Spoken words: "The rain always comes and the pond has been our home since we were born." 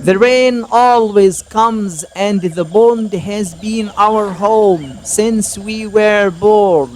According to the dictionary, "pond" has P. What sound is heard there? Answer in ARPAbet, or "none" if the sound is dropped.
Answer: B